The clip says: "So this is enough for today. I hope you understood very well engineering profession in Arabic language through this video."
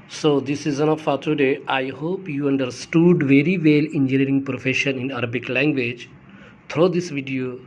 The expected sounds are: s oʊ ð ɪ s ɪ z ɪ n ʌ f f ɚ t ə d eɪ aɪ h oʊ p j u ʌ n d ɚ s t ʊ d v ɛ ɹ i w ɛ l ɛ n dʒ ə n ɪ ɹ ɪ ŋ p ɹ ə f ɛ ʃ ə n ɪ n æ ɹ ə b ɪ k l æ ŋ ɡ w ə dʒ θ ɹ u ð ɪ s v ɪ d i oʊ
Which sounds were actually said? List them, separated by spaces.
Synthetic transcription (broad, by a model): s oʊ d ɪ s ɪ z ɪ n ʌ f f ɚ t ə d eɪ aɪ h oʊ p j u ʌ n d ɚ s t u d v ɛ ɹ i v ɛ l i n dʒ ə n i ɹ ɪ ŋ p ɹ ə f ɛ ʃ ə n ɪ n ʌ ɹ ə b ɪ k l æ ŋ ɡ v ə dʒ t ɹ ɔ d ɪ s v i d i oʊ